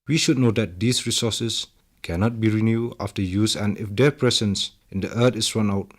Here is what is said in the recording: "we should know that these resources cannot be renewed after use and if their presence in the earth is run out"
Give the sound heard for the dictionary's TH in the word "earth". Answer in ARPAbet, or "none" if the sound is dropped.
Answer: T